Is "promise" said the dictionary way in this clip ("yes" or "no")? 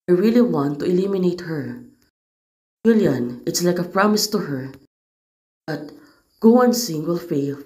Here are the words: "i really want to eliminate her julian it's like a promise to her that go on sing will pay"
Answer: yes